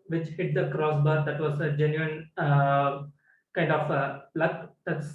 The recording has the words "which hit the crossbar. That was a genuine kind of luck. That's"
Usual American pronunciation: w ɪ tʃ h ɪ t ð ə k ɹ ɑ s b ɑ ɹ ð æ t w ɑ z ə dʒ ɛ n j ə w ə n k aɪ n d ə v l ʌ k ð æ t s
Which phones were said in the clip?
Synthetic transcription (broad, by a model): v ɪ tʃ h ɪ t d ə k ɹ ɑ s b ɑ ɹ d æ t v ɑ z ə dʒ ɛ n j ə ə n k aɪ n d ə b l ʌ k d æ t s